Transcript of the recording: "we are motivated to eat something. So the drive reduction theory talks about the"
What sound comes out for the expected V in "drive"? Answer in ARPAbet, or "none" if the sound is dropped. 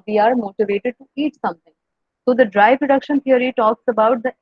P